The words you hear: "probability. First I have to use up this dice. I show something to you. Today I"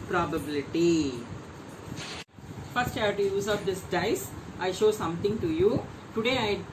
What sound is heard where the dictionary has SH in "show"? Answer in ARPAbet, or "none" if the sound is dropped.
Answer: SH